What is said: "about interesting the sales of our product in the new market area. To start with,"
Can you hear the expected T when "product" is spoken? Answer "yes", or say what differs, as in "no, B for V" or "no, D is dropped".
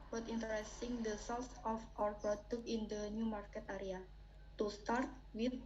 no, T is dropped